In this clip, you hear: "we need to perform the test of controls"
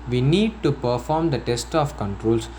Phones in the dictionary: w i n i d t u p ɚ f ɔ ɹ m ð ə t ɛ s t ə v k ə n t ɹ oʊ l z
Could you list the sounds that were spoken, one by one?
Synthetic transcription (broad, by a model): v i n i d t u p ɚ f ɔ ɹ m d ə t ɛ s t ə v k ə n t ɹ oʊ l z